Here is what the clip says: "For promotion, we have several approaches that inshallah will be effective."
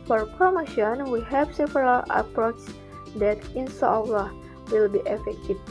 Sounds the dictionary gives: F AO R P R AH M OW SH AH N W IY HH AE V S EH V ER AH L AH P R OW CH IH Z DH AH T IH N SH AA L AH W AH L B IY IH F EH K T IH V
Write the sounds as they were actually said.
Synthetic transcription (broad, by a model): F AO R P R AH M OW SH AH N W IY HH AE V S EH V ER AH L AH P R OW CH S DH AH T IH N S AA L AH W AH L B IY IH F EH K T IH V